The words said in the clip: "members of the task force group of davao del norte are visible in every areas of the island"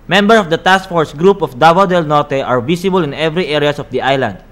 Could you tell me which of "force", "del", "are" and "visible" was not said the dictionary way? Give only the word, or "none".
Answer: visible